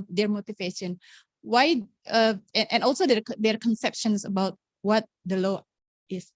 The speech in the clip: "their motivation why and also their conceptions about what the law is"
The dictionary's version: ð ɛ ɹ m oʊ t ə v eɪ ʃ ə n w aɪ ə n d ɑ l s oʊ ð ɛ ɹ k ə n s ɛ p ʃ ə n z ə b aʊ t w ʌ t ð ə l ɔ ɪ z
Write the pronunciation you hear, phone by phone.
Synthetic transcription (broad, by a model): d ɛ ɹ m oʊ t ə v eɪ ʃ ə n w aɪ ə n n ɑ l s oʊ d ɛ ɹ k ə n s ɛ p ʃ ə n s ə b aʊ t w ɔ t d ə l ɔ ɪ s